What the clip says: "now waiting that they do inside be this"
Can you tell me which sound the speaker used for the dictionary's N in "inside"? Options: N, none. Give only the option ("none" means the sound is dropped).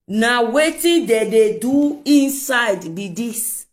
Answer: N